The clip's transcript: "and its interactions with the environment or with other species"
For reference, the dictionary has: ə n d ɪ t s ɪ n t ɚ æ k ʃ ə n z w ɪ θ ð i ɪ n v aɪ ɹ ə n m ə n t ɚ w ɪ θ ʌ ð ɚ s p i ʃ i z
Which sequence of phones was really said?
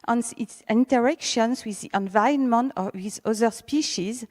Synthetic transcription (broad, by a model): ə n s ɪ t s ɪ n t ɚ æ k ʃ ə n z w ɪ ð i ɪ n v aɪ ə n m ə n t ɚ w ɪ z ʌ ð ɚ s p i ʃ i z